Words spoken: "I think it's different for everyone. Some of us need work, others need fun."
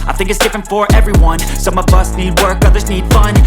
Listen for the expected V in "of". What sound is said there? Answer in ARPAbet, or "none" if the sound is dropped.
V